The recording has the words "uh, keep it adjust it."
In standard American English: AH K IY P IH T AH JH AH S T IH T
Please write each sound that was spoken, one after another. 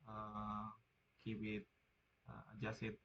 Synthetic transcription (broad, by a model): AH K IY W IH T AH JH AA S IH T